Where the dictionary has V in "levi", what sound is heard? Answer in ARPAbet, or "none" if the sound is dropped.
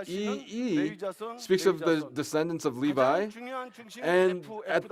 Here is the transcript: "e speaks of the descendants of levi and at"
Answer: V